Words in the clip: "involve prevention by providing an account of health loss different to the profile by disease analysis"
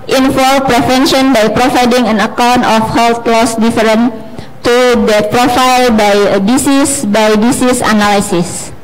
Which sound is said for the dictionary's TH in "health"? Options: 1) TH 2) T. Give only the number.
2